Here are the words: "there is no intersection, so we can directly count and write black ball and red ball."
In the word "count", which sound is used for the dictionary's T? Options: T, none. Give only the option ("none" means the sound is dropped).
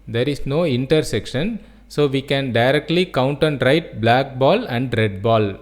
T